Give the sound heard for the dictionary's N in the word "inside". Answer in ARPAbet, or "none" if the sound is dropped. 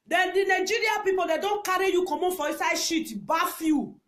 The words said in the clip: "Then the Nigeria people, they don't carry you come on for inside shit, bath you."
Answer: none